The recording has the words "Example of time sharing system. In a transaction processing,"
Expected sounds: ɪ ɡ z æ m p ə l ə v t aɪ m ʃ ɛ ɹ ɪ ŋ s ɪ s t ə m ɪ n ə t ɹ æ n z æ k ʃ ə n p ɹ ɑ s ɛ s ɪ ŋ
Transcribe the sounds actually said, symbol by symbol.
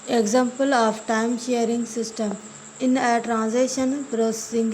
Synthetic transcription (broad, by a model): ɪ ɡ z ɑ m p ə l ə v t aɪ m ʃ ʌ ɹ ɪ ŋ s ɪ s t ə m ɪ n ə t ɹ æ n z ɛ ʃ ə n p ɹ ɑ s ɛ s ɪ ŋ